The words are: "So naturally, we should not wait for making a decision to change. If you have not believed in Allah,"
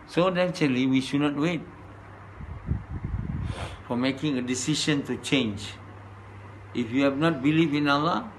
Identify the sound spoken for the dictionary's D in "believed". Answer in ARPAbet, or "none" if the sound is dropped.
none